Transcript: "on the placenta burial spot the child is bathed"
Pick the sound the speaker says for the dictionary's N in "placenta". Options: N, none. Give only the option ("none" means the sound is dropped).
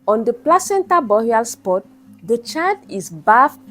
N